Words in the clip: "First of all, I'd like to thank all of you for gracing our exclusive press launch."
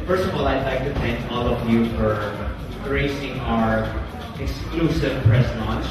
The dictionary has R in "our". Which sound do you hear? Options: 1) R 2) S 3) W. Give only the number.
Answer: 1